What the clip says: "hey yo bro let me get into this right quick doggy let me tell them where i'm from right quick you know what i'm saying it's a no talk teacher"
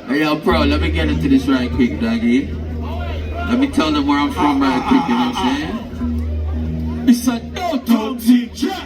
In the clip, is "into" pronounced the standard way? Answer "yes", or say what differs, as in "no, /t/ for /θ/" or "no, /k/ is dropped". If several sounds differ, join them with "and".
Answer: yes